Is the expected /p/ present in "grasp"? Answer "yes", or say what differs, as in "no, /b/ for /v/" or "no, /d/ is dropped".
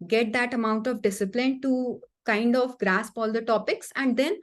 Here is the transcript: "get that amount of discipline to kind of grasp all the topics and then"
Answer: yes